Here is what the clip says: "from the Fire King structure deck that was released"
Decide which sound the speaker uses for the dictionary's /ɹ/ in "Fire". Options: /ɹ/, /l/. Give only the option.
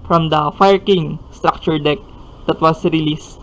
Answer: /ɹ/